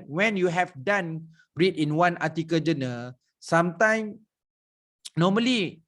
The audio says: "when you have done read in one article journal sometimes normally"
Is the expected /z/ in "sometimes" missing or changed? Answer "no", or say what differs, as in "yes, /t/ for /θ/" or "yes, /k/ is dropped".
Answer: yes, /z/ is dropped